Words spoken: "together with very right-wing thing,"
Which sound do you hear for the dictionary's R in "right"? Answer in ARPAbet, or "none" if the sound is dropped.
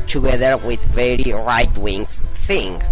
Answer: R